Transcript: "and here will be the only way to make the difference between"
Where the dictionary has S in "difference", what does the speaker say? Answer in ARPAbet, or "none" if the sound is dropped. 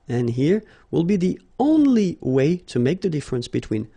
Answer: S